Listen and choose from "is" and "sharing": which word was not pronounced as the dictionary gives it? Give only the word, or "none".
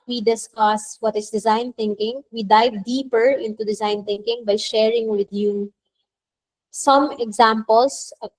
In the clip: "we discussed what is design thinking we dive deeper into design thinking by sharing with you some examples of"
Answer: is